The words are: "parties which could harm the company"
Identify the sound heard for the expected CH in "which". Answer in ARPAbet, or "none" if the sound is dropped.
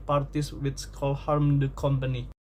S